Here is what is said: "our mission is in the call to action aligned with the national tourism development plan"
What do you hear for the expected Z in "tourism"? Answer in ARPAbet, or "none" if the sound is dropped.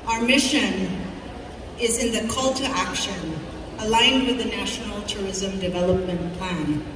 Z